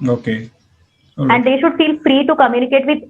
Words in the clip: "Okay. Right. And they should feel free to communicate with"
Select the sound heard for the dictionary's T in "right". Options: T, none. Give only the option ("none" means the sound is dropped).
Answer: none